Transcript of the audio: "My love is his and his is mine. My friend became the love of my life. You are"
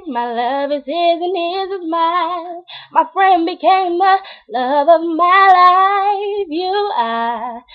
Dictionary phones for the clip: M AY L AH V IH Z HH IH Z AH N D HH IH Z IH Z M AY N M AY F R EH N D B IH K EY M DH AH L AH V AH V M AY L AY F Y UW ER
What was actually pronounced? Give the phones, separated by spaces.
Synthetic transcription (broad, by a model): M AY L AH V IH Z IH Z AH N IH Z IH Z M AY L M AY F R EH N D B IH K EY M DH AH L AH V AH V M AY L AY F Y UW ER